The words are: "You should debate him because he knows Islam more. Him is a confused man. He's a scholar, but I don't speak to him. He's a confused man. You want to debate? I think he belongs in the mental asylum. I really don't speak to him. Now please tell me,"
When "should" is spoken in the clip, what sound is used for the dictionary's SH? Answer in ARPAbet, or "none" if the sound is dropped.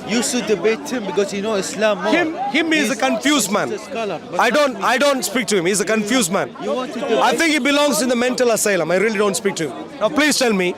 S